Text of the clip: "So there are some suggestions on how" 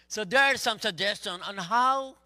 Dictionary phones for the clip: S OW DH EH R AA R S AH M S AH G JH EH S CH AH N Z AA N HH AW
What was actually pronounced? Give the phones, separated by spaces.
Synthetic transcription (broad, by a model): S OW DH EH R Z S AH M S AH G JH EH S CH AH N AA N HH AW